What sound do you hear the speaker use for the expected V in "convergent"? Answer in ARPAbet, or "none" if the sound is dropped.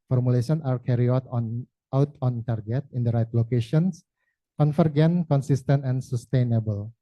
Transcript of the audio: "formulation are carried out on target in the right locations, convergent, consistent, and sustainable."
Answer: F